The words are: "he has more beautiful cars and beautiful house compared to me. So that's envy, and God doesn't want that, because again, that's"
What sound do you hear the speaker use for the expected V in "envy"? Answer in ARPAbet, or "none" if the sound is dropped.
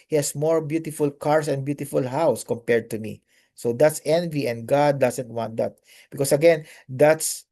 V